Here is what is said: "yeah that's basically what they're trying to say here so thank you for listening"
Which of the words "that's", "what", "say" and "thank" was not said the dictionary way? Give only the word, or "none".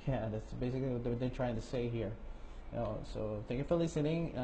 none